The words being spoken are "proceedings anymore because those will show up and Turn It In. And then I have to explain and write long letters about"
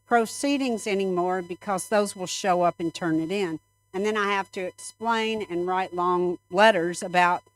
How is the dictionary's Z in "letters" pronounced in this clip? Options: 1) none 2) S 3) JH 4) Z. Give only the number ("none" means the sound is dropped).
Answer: 4